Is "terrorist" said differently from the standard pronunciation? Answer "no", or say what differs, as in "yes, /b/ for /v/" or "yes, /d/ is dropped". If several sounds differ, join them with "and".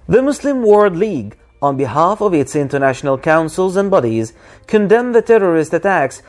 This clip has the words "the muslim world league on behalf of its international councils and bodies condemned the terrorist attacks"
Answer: no